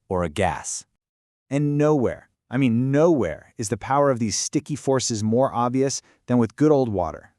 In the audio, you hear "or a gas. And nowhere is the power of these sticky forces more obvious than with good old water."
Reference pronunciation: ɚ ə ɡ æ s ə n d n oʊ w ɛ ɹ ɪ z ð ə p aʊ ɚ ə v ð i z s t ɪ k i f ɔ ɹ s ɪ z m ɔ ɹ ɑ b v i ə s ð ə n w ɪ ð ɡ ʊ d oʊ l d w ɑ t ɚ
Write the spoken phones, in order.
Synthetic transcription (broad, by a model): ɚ ə ɡ æ s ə n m n oʊ w ɛ ɹ ɪ z ð ə p aʊ ɚ ə v ð i z s t ɪ k i f ɔ ɹ s ɪ z m ɔ ɹ ɑ b v i ə s ð ə n w ɪ ð ɡ ʊ d oʊ l d w ɑ t ɚ